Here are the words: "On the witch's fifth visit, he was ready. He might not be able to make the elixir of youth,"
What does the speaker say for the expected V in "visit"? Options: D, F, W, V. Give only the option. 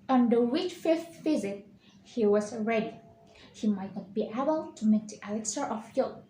F